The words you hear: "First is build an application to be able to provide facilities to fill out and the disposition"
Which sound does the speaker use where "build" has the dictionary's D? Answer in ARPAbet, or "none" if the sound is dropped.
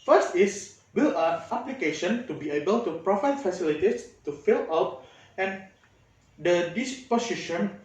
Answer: none